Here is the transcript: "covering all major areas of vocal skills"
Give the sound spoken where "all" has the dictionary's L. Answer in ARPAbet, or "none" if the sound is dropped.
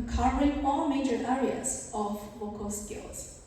L